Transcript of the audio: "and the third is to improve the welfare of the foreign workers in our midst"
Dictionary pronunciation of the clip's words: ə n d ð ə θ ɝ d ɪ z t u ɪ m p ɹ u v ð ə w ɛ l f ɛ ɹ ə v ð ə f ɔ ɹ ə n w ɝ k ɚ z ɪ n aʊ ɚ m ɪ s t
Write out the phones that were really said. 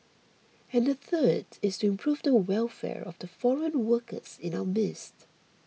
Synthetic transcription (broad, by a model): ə n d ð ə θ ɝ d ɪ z t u ɪ m p ɹ u v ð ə w ɛ l f ɛ ɹ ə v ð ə f ɔ ɹ ə n w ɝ k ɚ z ɪ n aʊ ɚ m ɪ s t